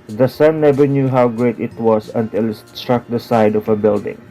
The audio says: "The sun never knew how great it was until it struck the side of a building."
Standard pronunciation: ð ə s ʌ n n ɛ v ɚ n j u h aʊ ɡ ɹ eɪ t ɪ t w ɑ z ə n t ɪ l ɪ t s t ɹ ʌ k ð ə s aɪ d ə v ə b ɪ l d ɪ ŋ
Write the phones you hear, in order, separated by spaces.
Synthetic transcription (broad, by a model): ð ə s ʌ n n ɛ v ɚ n j u h aʊ ɡ ɹ eɪ t ɪ t w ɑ s ə n t ɪ l ɪ t s t ɹ ʌ k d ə s aɪ d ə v ə b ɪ l d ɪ ŋ